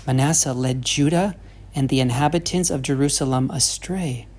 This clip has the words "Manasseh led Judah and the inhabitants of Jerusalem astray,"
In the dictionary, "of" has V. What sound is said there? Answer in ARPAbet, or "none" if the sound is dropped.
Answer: V